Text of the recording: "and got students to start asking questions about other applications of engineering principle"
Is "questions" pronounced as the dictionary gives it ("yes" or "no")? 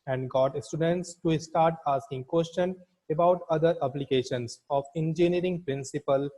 no